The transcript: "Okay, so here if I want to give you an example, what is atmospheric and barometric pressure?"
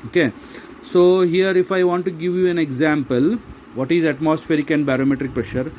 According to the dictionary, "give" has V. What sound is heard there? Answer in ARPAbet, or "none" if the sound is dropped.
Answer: V